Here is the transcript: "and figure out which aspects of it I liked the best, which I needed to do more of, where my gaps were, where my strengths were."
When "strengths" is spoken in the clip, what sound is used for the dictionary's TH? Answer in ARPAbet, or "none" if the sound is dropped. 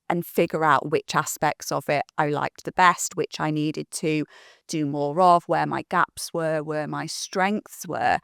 TH